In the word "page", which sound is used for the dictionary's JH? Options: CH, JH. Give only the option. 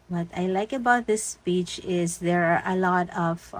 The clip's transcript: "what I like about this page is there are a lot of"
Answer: CH